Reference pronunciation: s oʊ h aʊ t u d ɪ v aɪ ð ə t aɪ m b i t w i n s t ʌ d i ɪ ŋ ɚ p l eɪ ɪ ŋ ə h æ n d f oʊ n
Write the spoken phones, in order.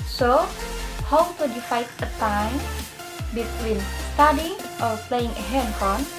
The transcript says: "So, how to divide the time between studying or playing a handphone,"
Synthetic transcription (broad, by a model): s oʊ h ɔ t u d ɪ f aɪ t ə t aɪ m b i t w i n s t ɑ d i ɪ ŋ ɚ p l eɪ ɪ ŋ ə h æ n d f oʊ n